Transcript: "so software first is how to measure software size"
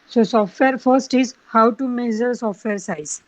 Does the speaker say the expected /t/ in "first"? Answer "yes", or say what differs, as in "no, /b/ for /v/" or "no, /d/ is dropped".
yes